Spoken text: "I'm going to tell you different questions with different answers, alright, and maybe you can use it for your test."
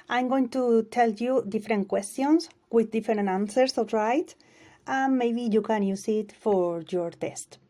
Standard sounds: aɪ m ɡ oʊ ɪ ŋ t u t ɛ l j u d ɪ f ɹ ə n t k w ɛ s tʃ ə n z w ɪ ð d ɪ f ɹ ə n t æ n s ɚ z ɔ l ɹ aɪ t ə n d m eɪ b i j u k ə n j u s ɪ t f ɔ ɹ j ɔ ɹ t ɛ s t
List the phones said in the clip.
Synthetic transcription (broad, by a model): aɪ m ɡ oʊ ɪ ŋ t u t ɛ l j u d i f ɹ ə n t k w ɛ s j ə n s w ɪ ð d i f ɹ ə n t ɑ n s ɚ s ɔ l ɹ aɪ t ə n m eɪ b i j u k ə n j u s ɪ t f ɔ ɹ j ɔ ɹ t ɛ s t